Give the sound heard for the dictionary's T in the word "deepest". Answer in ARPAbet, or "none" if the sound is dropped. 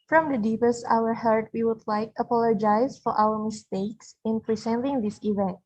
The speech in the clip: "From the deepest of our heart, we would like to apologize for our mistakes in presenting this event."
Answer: T